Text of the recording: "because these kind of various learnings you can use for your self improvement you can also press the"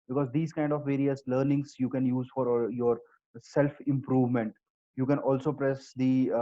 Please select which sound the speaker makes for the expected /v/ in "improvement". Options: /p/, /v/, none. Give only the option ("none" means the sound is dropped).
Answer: /v/